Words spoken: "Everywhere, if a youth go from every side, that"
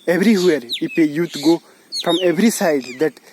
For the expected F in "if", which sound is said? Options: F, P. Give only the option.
P